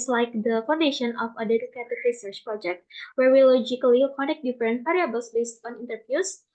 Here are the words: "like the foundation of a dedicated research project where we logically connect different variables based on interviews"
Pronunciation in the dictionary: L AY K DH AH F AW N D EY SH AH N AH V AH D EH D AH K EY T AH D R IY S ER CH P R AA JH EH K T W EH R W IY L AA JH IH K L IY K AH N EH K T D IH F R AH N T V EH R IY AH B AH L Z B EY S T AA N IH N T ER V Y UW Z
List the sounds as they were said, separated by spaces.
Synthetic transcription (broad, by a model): L AY K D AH F AW N D EY SH AH N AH F AH D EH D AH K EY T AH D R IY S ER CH P R AA JH EH K T W EH R W IY L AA JH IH K L IY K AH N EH K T D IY F R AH N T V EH R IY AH B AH L S B EY S T AA N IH N T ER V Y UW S